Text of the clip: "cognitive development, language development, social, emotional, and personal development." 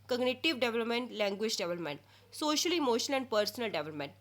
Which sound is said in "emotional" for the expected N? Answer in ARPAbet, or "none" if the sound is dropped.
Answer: none